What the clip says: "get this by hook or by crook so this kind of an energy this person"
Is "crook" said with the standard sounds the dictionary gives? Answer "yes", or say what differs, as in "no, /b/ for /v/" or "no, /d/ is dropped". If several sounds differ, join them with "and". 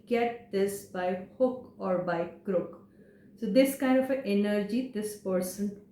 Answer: yes